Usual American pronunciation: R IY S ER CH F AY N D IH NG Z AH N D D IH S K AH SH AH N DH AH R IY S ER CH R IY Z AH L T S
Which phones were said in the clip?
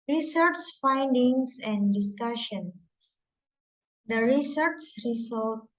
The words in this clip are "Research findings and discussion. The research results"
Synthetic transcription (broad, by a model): R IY S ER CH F AY N D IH NG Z AH N D D IH S K AH SH AH N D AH R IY S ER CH R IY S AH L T